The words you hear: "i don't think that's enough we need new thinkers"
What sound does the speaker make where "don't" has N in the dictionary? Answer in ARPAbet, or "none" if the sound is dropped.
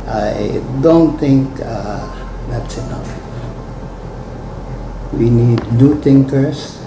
N